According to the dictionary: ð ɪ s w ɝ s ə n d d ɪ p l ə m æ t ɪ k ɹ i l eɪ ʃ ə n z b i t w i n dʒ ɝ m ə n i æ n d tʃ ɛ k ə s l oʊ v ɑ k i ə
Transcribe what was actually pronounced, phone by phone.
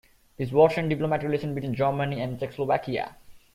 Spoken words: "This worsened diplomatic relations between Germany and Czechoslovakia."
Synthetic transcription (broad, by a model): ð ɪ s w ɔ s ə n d d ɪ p l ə m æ t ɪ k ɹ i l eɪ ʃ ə n b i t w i n dʒ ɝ m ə n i æ n d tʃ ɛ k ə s l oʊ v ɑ k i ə